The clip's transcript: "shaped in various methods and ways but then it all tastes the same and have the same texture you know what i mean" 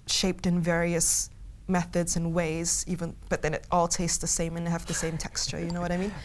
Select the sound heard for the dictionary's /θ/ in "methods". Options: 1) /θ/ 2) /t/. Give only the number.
1